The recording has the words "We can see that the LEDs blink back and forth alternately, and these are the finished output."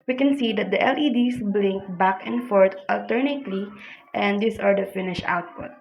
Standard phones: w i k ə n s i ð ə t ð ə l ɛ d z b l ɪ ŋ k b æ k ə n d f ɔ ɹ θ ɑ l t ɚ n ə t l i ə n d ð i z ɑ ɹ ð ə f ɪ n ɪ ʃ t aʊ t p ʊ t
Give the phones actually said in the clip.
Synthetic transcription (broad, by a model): w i k ə n s i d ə t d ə l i d s b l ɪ ŋ k b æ k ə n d f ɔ ɹ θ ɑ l t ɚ n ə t l i ə n d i s ɑ ɹ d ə f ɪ n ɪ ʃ aʊ t p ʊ t